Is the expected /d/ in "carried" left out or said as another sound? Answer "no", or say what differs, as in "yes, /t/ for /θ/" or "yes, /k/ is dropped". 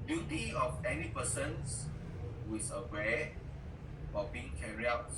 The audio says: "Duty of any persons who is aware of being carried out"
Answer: yes, /d/ is dropped